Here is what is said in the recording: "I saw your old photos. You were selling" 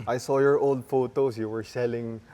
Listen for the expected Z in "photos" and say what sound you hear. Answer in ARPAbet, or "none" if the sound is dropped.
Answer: S